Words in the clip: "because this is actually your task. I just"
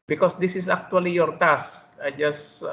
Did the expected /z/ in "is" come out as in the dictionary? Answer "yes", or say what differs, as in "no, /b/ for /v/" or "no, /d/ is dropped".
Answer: no, /s/ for /z/